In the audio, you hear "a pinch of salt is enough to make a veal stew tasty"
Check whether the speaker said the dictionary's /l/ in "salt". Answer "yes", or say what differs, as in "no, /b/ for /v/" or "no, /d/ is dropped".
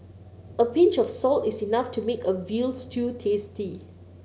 yes